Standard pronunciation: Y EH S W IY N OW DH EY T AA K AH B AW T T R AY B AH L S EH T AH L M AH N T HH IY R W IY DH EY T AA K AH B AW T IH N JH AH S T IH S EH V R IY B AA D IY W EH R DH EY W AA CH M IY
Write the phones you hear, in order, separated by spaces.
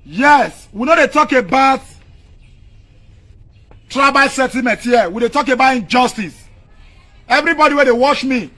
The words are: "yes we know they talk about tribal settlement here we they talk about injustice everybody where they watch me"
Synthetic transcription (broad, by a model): Y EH S W IY N OW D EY T AA K AH B AW T T R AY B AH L S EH T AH M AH N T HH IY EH W IY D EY T AA K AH B AW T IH N JH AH S T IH S EH V R IY B AA D IY W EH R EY W AA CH M IY